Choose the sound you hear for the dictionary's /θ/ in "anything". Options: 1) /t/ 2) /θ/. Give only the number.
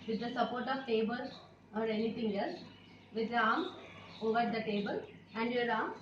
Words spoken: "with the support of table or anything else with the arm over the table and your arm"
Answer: 1